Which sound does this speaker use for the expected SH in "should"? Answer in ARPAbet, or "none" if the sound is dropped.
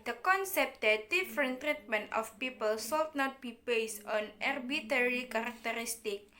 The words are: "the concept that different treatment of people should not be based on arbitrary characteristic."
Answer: S